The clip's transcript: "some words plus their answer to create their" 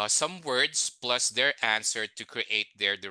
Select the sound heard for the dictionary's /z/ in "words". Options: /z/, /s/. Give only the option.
/s/